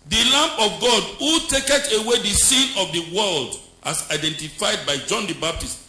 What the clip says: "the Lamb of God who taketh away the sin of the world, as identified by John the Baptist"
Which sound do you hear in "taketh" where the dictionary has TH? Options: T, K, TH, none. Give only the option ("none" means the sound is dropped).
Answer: T